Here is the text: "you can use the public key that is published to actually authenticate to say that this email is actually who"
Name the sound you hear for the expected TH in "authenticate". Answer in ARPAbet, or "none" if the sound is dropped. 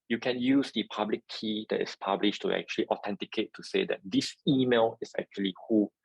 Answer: T